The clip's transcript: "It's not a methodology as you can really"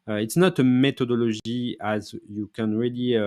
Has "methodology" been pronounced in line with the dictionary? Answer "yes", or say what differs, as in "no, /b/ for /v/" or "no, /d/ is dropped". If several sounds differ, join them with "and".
no, /t/ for /θ/ and /ʒ/ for /dʒ/